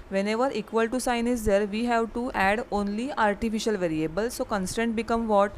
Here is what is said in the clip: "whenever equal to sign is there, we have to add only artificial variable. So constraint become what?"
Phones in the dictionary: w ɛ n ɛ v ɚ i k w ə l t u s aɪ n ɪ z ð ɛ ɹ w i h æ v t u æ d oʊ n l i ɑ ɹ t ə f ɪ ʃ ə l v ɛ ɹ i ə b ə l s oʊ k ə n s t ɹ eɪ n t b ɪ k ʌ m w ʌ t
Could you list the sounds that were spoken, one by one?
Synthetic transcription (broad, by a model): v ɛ n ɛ v ɚ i k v ə l t u s aɪ n ɪ z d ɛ ɹ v i h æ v t u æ d oʊ n l i ɑ ɹ t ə f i ʃ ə l v ɛ ɹ i ə b ə l s oʊ k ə n s t eɪ n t b ɪ k ʌ m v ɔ t